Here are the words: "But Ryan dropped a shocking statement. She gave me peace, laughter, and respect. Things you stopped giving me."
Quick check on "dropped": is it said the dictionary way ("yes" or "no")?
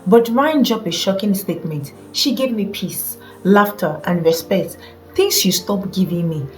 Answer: no